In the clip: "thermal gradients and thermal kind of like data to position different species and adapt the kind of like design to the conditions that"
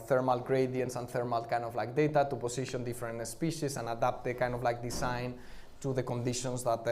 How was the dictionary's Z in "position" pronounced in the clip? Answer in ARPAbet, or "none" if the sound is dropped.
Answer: S